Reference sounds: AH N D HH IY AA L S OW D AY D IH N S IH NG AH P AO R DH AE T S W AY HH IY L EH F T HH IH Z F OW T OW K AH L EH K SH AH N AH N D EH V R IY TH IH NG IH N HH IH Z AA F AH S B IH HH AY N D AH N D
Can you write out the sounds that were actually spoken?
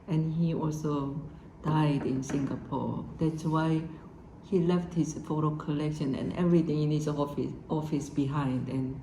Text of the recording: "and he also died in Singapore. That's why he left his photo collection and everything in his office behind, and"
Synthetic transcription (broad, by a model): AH N HH IY AA L S OW D AY D IH N S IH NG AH P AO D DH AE T S W AY HH IY L EH F T HH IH S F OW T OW K AH L EH K SH AH N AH N EH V R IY T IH NG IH N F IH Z AA F AH S B IH HH AY N D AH N